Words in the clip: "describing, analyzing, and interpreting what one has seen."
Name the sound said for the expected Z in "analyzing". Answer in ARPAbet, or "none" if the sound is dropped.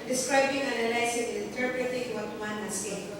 S